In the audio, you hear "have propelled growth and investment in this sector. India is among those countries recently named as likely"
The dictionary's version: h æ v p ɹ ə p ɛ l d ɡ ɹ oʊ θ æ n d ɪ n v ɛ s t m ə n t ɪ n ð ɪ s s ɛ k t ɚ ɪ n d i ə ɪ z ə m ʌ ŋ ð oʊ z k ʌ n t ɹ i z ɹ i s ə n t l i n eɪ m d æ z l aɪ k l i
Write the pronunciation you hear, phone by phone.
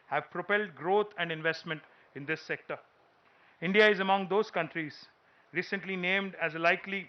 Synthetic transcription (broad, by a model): h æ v p ɹ ə p ɛ l d ɡ ɹ oʊ t æ n d ɪ n v ɛ s t m ə n t ɪ n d ɪ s s ɛ k t ɚ ɪ n d i ə ɪ z ə m ʌ ŋ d oʊ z k ʌ n t ɹ i z ɹ i s ə n t l i n eɪ m d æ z l aɪ k l i